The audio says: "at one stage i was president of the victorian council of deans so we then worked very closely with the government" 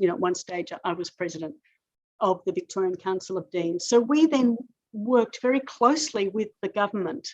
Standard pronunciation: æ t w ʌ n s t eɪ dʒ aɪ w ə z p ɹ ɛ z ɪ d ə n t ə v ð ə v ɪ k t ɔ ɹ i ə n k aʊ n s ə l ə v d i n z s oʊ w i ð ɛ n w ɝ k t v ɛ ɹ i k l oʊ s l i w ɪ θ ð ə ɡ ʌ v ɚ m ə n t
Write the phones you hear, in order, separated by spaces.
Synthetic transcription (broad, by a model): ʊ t w ʌ n s t eɪ dʒ aɪ w ə z p ɹ ɛ z ɪ d ə n t ə v ð ə v ɪ k t ɔ ɹ i ə n k aʊ n s l ə v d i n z s oʊ w i ð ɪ n w ɝ k t v ɛ ɹ i k l oʊ s l i w ɪ ð ə ɡ ʌ v ɚ m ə n t